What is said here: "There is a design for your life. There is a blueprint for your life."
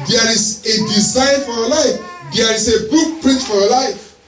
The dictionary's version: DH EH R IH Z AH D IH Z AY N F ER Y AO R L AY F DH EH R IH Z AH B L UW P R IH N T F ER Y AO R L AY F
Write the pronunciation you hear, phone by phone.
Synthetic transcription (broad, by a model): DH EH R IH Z AH D IH Z AY N F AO Y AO L AY F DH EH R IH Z AH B UW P R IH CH F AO Y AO L AY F